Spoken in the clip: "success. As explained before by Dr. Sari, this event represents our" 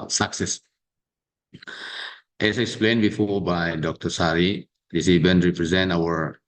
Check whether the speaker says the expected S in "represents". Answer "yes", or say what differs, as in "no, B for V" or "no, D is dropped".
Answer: no, S is dropped